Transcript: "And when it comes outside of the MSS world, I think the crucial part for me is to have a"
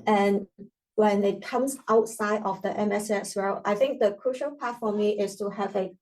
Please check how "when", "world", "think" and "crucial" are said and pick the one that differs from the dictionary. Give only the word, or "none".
world